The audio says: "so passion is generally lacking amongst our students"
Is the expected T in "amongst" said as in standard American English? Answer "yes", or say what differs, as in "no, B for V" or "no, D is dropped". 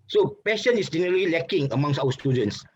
no, T is dropped